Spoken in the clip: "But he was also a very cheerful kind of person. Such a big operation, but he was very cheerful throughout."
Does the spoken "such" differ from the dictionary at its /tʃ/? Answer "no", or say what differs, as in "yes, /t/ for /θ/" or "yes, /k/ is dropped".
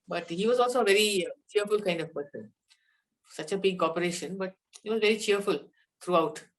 no